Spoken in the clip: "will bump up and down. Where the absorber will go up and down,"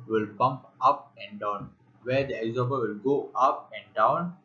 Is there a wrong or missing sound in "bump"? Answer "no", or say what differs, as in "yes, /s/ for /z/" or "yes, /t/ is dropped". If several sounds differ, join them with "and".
no